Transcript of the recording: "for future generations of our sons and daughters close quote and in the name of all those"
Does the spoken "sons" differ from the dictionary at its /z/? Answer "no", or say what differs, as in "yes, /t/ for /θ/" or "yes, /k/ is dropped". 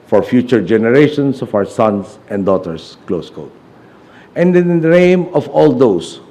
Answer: yes, /s/ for /z/